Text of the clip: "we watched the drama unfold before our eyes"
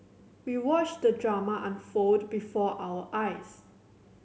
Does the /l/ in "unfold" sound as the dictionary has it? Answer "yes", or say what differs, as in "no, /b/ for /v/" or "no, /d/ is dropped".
no, /l/ is dropped